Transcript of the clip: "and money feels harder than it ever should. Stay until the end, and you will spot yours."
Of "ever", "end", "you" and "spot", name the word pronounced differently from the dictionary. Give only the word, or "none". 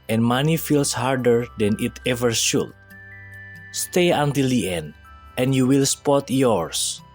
none